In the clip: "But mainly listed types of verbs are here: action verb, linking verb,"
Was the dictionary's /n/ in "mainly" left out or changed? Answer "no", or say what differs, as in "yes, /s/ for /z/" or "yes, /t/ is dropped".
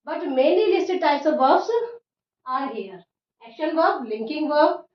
no